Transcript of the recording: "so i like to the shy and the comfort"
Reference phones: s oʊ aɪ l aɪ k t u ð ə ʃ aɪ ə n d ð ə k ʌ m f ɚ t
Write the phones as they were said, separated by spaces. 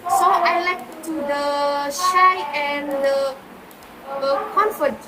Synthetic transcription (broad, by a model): s oʊ aɪ l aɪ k t u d ə ʃ aɪ ə n d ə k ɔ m f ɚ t